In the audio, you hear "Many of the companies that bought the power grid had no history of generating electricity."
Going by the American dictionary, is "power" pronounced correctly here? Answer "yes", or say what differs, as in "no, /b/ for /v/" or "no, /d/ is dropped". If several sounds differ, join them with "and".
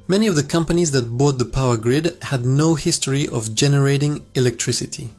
yes